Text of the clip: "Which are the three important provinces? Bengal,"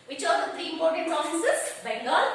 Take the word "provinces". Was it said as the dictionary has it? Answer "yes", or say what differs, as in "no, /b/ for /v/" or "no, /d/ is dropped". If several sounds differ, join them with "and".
no, /f/ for /v/ and /n/ is dropped